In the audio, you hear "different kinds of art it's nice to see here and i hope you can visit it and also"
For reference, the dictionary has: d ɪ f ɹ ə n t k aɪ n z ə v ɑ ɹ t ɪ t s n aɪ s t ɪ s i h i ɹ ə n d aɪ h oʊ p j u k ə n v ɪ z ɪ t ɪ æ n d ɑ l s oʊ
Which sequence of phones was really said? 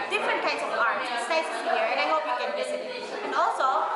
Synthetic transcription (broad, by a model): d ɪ f ɹ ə n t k aɪ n s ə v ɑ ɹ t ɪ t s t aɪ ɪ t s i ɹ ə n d aɪ h oʊ p j u k ə n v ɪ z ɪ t ɪ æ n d ɑ l s oʊ